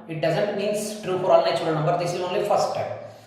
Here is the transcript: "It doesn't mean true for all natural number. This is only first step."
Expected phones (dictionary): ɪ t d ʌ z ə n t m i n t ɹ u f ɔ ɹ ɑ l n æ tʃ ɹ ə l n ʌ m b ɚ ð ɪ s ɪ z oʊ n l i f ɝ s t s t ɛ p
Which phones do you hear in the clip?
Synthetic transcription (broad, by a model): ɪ t d ʌ z ə n t m i n t ɹ u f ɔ ɹ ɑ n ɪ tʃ ə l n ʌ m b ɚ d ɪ s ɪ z oʊ n l i f ɝ s t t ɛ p